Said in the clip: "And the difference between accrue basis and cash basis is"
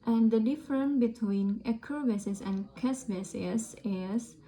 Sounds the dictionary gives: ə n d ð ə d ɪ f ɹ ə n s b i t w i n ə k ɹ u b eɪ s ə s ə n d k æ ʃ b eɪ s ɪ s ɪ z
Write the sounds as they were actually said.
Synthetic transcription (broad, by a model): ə n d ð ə d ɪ f ɹ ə n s b i t w i n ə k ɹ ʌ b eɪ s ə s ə n k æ s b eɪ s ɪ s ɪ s